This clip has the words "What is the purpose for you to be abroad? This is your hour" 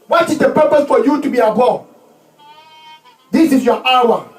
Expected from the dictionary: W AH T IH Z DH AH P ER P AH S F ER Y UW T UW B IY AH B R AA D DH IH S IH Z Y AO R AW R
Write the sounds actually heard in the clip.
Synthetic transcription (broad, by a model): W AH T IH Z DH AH P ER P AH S F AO Y UW T UW B IY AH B AA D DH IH S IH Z Y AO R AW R